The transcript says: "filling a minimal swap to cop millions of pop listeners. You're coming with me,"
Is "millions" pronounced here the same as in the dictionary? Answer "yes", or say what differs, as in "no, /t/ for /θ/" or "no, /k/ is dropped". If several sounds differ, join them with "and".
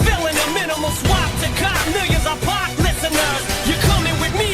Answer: no, /l/ is dropped and /n/ is dropped